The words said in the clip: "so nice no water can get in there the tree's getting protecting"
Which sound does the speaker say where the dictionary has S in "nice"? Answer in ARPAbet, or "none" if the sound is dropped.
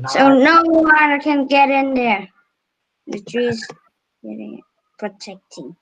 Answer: none